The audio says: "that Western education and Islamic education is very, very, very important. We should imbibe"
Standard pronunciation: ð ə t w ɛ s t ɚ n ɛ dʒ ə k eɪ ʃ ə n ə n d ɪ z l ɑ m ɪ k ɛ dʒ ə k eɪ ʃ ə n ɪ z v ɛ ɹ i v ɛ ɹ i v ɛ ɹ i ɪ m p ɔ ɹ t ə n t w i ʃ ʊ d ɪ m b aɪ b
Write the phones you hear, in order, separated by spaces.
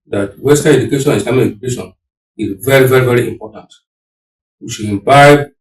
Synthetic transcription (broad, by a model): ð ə t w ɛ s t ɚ ɛ dʒ ə k eɪ ʃ ə n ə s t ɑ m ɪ ɛ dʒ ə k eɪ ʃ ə n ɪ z v ɛ ɹ i v ɛ ɹ i v ɛ ɹ i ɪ m p ɔ t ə n t w i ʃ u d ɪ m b aɪ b